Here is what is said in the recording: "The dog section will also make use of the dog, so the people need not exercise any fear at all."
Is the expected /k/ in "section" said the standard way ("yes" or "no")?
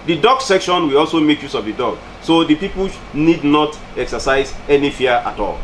yes